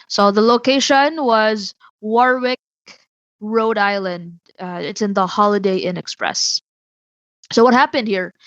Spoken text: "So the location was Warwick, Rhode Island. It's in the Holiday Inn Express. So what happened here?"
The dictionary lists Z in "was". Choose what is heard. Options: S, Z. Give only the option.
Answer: Z